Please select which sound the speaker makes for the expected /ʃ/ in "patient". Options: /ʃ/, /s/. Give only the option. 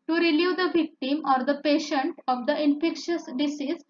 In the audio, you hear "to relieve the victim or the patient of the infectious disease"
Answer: /ʃ/